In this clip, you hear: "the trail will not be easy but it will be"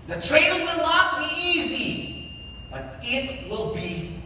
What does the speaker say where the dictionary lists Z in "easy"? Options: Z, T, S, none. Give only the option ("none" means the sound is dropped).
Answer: Z